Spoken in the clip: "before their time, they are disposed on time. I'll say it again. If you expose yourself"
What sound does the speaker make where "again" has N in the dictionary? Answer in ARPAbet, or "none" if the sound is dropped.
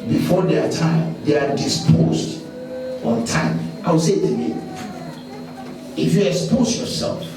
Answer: none